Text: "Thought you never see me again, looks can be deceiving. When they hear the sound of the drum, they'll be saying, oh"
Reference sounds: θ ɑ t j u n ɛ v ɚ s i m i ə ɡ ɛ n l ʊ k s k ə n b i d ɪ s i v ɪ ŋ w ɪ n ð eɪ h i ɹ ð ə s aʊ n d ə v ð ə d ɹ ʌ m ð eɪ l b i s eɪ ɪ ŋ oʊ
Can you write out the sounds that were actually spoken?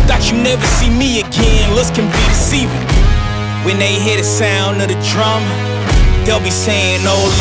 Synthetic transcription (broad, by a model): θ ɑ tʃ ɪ n ɛ v ɚ s i m i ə ɡ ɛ n l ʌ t s k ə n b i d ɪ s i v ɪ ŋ w ɪ n ð eɪ h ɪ ɹ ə s aʊ n d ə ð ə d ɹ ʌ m ð eɪ l b i s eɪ ɪ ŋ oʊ